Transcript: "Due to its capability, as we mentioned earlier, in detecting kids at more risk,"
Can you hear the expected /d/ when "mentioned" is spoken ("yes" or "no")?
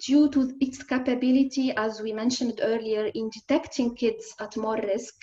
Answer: yes